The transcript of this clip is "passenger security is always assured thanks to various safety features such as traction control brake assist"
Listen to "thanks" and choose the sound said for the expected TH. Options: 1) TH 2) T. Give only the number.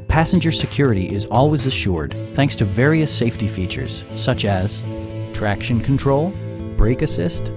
1